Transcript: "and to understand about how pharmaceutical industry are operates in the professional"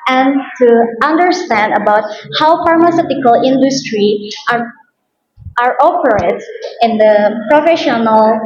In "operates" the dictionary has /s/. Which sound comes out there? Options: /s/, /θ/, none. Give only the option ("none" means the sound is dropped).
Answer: none